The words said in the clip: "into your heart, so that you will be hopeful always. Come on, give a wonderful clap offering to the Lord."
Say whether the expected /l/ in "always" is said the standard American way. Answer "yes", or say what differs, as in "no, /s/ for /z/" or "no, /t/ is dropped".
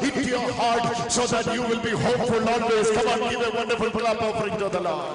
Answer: no, /n/ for /l/